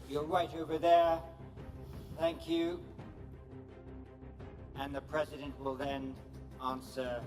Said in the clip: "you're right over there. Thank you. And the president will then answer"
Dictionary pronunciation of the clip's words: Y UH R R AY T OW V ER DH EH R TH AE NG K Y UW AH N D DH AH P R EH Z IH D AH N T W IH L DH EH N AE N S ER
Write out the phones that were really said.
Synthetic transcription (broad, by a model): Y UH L R AY T OW V ER DH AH R TH AE NG K Y UW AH N DH AH P R EH Z IH D AH N T W IH L DH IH N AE N S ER